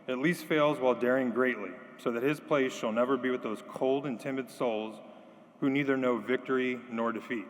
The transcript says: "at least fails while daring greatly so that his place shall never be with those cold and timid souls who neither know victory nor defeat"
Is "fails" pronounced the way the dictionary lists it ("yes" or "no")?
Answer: yes